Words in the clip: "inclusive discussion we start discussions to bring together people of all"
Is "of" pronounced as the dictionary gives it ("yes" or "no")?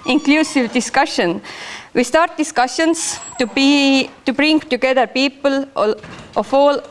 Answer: no